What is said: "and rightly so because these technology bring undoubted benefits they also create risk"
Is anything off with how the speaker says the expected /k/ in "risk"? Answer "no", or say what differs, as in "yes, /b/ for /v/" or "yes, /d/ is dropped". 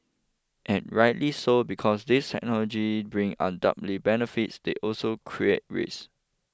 yes, /k/ is dropped